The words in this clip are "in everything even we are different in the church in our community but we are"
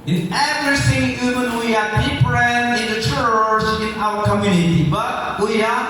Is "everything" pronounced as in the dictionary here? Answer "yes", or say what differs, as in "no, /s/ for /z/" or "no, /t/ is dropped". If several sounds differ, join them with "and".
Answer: no, /s/ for /θ/